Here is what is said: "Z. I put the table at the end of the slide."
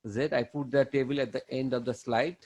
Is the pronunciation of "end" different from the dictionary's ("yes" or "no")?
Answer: no